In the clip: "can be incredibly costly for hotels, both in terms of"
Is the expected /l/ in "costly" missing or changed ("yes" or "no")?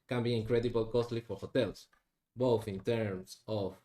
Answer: no